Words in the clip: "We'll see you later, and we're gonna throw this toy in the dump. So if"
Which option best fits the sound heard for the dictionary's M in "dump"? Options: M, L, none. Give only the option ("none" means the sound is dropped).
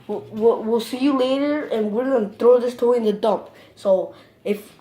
none